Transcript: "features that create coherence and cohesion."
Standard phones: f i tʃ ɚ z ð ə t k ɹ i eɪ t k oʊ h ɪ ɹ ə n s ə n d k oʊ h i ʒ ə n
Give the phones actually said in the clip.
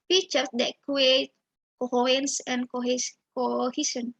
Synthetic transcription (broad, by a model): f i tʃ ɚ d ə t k i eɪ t k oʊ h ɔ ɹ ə n s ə n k k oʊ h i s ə n